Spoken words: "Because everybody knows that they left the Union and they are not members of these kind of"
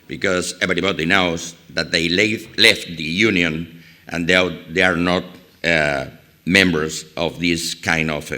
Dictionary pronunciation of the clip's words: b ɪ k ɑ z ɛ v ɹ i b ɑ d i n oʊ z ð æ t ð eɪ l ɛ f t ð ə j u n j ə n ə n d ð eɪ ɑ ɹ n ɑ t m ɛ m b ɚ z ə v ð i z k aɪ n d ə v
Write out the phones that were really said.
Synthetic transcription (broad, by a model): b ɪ k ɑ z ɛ b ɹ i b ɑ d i n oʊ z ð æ t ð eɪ l ɛ f t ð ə j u n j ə n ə n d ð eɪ ɑ ɹ n ɑ t m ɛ m b ɚ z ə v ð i s k aɪ n d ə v